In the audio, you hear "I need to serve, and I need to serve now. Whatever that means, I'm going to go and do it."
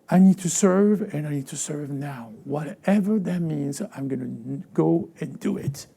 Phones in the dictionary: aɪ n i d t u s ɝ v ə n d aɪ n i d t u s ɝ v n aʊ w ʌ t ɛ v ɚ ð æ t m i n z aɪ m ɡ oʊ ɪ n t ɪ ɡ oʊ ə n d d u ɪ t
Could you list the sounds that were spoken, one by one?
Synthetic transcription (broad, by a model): aɪ n i d t u s ɝ v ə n aɪ n i d t u s ɝ v n aʊ w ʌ t ɛ v ɚ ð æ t m i n z aɪ m ɡ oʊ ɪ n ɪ ɡ oʊ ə n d d u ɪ t